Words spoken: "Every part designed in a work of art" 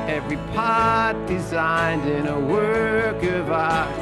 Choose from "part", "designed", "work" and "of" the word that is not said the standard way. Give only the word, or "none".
none